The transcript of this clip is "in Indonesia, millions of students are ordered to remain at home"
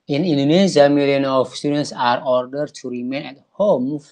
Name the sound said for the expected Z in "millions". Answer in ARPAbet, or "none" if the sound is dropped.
none